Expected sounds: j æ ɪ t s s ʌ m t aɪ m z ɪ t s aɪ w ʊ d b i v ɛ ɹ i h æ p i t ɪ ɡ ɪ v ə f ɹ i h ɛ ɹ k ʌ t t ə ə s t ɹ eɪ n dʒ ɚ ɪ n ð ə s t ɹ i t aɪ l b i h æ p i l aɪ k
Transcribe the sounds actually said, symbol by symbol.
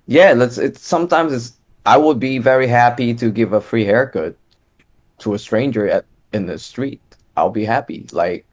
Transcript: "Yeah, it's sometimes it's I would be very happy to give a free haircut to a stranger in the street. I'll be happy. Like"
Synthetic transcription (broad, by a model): j æ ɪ t s s ʌ m t aɪ m z ɪ t s aɪ w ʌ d b i v ɛ ɹ i h æ p i t ɪ ɡ ɪ v ə f ɹ i h ɛ ɹ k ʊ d t ə ə s t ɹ eɪ n dʒ ɚ ɪ n ð ə s t ɹ i t aɪ l b i h æ p i l aɪ k